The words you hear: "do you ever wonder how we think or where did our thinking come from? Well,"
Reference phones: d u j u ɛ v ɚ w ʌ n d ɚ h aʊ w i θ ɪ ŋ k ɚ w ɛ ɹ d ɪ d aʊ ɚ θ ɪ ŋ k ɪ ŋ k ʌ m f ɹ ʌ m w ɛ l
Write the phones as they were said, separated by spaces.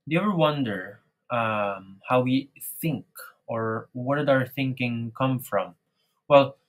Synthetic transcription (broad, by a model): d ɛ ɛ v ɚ w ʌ n d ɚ h aʊ w i θ ɪ ŋ k ɚ w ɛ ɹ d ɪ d aʊ ɚ θ ɪ ŋ k ɪ ŋ k ʌ m f ɹ ʌ m w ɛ l